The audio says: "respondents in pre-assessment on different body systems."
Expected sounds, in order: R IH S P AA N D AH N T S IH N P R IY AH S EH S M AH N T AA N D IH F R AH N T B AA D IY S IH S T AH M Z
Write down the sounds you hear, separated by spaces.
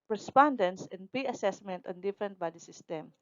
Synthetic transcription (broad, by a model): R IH S P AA N D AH N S IH N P IY AH S EH S M AH N T AA N D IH F R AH N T B AA D IY S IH S T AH M